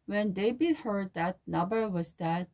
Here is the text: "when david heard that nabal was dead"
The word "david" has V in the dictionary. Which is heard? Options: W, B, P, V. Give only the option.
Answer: B